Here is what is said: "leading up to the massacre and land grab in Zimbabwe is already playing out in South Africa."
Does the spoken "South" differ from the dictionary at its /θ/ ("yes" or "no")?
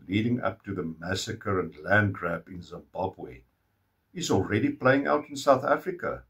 no